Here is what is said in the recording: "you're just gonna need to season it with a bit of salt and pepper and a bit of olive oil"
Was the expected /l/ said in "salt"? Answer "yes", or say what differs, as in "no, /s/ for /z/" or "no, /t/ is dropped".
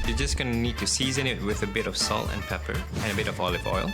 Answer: yes